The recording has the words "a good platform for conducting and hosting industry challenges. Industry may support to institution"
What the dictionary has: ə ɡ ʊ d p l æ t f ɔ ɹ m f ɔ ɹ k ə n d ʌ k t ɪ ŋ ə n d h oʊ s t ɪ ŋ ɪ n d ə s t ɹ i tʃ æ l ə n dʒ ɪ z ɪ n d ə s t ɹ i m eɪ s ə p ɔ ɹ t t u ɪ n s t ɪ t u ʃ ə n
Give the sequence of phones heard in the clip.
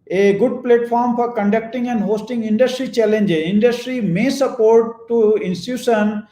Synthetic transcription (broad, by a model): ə ɡ ʊ d p l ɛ t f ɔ ɹ m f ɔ ɹ k ə n d ʌ k t ɪ ŋ ə n d h oʊ s t ɪ ŋ ɪ n d ə s t ɹ i tʃ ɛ l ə n dʒ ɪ ɪ n d ə s t ɹ i m eɪ s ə p ɔ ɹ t t u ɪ n s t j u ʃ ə n